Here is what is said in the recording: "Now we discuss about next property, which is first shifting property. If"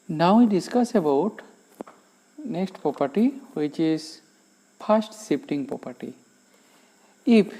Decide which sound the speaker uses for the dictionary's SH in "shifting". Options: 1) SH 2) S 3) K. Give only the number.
2